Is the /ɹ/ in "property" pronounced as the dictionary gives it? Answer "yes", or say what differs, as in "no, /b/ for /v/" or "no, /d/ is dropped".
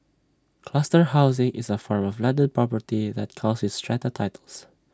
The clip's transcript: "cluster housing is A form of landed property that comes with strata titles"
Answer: yes